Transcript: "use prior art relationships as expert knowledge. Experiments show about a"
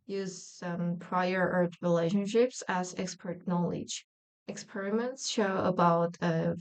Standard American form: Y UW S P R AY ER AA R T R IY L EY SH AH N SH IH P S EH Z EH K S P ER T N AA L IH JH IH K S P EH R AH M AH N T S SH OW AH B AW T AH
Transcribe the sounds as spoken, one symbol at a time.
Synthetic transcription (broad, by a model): Y UW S P R AY ER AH R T R IY L EY SH AH N SH IH P S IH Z EH K S P ER T N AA L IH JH IH K S P EH R AH M AH N T S SH OW AH B AW T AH